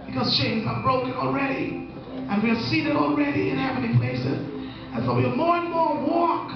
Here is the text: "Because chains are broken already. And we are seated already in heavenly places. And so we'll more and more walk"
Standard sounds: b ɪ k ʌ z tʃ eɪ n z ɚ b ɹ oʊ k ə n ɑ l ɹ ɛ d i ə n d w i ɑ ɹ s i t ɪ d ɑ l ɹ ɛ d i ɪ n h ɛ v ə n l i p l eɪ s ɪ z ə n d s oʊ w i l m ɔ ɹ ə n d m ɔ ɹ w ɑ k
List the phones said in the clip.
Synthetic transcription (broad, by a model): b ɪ k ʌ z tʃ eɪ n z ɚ b ɹ oʊ k ə n ɑ l ɹ ɛ d i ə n w i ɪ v s i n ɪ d ɑ l ɹ ɛ d i ɪ n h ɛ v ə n i p l eɪ s ɪ z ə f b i m ɔ ɹ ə n m ɔ ɹ w ɑ k